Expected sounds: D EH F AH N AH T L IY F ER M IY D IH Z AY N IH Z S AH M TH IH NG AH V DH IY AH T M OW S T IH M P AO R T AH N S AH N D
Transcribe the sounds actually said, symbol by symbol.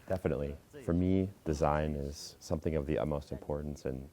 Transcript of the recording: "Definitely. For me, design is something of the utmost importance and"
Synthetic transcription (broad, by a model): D EH F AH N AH T L IY F ER M IY D IH Z AY N IH Z S AH M TH IH NG AH V DH IY AH T M OW S T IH M P AO R T N S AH N